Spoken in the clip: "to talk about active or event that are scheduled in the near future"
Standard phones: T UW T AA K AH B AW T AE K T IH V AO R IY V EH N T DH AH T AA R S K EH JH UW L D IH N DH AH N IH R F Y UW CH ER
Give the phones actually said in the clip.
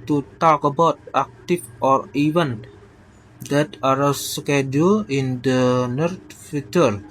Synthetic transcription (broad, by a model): T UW T AA K AH B AW T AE K T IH F AO R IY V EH N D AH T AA R S K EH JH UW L IH N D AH N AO R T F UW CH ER